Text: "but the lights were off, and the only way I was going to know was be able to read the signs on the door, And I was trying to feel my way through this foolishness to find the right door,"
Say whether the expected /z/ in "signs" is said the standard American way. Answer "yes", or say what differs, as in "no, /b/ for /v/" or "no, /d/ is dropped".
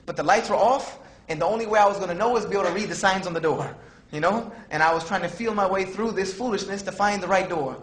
yes